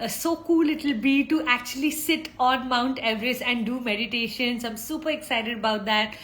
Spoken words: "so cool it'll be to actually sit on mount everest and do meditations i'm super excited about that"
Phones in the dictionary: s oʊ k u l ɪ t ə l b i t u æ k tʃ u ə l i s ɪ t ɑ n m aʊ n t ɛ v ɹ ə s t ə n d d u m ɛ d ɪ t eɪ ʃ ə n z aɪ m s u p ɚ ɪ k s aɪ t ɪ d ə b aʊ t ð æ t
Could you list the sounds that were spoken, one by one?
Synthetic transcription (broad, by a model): s oʊ k u l ɪ t ə l b i t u æ k tʃ u ə l i s ɪ t ɑ n m aʊ n t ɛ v ɹ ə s ə n d d u m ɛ d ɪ t eɪ ʃ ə n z aɪ m s u p ɚ ɪ k s aɪ t ɪ d ə b aʊ t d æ t